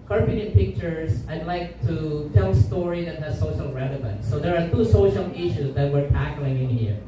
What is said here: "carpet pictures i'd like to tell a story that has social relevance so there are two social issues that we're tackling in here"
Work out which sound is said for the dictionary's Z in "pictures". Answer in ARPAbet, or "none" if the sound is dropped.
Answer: S